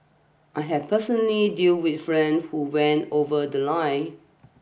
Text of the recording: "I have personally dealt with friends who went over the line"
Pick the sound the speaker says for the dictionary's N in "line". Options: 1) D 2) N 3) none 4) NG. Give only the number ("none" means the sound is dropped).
3